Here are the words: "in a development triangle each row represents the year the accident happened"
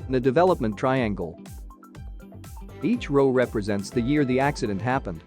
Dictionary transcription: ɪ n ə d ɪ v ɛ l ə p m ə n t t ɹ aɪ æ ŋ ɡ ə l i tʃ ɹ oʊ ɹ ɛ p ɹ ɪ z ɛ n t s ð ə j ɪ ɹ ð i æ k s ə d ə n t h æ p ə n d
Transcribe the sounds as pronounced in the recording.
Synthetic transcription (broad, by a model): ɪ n ə d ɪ v ɛ l ə p m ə n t t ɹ aɪ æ ŋ ɡ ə l i tʃ ɹ oʊ ɹ ɛ p ɹ ɪ z ɛ n t s ð ə j ɪ ɹ ð i æ k s ə d ə n t h æ p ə n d